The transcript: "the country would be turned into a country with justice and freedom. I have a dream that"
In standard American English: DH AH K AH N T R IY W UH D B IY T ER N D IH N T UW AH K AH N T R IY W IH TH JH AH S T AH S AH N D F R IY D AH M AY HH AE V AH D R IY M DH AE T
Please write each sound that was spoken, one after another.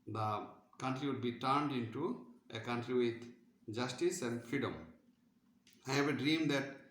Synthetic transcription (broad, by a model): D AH K AH N T R IY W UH D B IY T ER N D IH N T UW AH K AH N T R IY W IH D JH AH S T AH S AH N D F R IY D AH M AY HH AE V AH D R IY M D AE T